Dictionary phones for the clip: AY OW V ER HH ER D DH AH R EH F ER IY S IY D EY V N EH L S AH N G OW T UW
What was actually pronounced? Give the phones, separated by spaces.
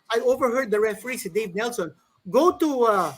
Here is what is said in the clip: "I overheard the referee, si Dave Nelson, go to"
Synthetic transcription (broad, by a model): AY OW V ER HH ER D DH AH R EH F ER IY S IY D EY V N EH L S AH N G OW T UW